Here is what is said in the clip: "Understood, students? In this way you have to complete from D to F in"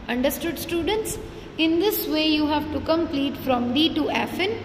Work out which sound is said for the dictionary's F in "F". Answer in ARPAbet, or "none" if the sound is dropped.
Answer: F